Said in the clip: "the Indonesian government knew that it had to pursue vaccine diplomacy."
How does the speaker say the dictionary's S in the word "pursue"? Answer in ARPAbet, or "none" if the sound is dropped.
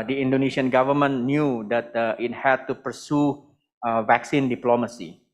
S